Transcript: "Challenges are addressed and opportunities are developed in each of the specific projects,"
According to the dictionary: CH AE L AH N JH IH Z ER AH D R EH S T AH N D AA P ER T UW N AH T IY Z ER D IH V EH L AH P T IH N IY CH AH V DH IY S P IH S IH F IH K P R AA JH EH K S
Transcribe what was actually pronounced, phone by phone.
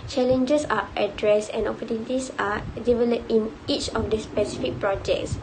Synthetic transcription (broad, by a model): CH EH L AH N JH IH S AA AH D R EH S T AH N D AA P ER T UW N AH T IY S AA D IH V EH L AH P IH N IY CH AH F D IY S P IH S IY F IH K P R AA JH EH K S